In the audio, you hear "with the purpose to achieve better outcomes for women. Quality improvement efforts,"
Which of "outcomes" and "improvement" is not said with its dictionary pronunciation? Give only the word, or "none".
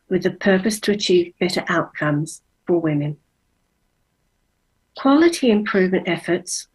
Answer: none